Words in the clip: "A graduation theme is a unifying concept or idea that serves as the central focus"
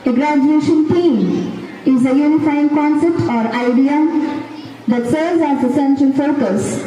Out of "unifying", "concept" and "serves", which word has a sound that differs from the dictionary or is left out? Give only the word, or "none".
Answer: serves